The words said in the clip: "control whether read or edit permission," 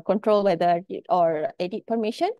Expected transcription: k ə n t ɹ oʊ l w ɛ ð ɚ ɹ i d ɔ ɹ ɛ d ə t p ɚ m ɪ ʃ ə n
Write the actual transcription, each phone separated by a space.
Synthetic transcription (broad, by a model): k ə n t ɹ oʊ l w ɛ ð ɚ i ɔ ɹ ɛ d ə t p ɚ m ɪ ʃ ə n